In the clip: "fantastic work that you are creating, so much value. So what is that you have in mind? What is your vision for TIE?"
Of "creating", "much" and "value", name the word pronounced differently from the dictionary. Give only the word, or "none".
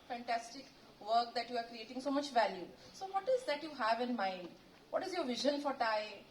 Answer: none